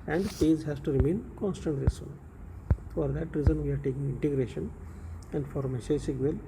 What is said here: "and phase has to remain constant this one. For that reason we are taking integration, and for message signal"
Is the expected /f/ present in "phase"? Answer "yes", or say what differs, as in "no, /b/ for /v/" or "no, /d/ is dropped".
no, /p/ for /f/